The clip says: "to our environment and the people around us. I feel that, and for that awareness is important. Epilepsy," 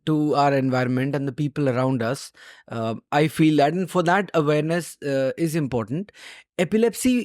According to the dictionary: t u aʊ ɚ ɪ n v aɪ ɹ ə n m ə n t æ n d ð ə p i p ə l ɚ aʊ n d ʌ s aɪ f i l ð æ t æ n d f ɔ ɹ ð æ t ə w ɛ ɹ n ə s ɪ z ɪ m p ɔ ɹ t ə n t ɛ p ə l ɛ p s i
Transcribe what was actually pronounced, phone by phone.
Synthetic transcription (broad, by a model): t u aʊ ɚ ɪ n v aɪ ɹ ə n m ə n t æ n d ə p i p ə l ɚ aʊ n d ʌ s aɪ f i l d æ t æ n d f ɔ ɹ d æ t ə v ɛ ɹ n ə s ɪ z ɪ m p ɔ ɹ t ə n t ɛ p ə l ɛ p s i